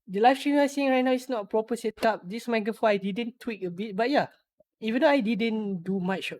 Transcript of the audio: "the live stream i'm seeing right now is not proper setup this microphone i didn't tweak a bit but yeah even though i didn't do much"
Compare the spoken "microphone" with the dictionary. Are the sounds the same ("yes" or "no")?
no